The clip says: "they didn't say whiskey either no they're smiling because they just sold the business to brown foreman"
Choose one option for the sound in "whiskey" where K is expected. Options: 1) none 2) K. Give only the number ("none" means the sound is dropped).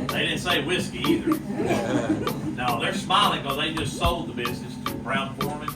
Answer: 2